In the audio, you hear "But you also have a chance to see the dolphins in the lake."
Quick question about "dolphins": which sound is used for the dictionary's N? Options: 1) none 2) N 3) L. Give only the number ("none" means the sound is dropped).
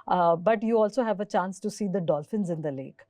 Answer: 2